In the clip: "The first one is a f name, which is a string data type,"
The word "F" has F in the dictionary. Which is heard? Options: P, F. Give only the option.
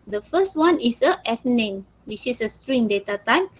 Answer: F